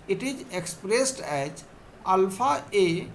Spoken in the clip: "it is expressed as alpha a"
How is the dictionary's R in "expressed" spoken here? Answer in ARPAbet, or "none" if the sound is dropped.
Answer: R